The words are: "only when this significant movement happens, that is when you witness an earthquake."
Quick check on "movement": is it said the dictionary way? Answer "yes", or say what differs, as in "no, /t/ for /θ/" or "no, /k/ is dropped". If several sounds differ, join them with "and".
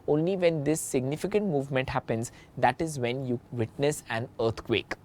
yes